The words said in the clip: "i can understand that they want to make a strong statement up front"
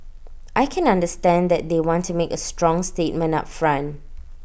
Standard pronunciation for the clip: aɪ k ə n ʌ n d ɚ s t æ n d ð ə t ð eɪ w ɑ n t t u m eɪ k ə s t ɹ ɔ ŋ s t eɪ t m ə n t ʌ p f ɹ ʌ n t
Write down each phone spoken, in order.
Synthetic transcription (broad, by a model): aɪ k ə n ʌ n d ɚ s t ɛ n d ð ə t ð eɪ w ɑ n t t u m eɪ k ə s t ɹ ɔ ŋ s t eɪ t m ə n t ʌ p f ɹ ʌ n